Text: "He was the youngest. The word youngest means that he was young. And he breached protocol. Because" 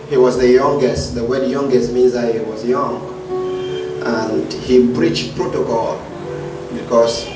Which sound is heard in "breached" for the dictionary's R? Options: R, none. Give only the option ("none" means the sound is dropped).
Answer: R